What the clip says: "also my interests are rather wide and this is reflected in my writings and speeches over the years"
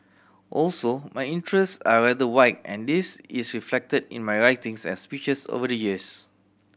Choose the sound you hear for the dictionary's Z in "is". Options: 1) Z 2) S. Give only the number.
2